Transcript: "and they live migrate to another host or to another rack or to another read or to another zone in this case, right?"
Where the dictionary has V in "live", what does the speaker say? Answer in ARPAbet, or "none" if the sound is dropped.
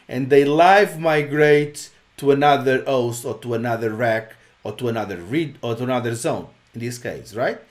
V